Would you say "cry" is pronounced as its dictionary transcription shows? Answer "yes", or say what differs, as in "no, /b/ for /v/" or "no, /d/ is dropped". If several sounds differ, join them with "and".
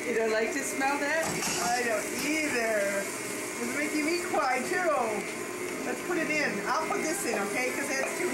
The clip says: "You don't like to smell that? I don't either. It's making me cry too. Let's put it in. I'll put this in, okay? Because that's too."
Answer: no, /w/ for /ɹ/